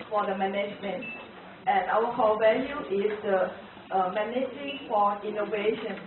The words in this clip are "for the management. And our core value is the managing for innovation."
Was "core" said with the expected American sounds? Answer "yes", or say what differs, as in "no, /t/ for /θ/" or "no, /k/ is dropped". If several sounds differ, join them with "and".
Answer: no, /l/ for /ɹ/